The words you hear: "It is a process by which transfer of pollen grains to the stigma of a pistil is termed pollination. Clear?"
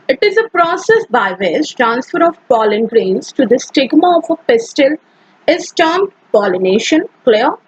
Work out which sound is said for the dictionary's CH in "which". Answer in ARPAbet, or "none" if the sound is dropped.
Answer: S